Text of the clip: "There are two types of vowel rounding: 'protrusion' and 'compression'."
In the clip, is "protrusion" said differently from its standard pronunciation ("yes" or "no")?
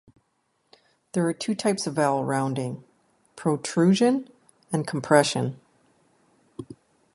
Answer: no